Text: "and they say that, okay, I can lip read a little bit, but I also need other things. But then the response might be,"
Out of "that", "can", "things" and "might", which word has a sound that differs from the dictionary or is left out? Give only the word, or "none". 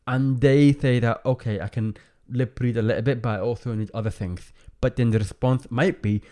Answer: none